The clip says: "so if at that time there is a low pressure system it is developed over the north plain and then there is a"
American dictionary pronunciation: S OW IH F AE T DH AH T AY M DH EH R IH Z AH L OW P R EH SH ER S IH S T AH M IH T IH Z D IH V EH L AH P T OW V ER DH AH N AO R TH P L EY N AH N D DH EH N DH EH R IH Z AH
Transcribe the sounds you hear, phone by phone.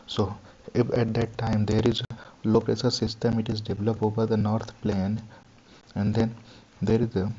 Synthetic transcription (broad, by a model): S OW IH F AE T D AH T AY M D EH R IH Z AH L OW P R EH S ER S IH S T AH M IH T IH Z D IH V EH L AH P OW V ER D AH N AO R T P L EY N AH N D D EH N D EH R IH Z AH